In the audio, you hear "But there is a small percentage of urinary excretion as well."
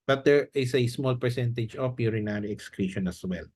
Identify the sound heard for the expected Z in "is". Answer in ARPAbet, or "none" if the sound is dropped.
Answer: S